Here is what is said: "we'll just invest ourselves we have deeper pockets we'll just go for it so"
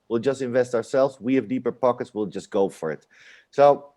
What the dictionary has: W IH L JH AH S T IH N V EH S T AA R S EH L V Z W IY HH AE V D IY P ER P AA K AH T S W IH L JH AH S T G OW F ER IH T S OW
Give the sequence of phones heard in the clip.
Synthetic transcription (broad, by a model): W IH L JH AH S T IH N V EH S T AA R S EH L V Z W IY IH V D IY P ER P AA K AH T S W IH L JH AH S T G OW F ER IH T S OW